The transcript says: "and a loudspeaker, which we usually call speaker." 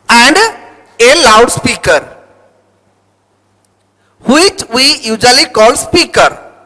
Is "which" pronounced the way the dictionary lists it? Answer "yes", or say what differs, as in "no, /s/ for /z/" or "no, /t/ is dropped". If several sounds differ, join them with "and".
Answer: yes